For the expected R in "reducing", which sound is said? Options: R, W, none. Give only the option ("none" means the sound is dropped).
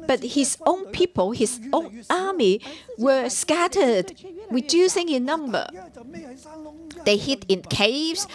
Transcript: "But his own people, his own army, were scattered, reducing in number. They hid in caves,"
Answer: W